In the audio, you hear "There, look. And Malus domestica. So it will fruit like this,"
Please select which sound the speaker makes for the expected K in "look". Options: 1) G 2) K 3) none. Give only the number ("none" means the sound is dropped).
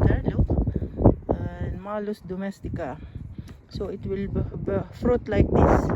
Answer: 3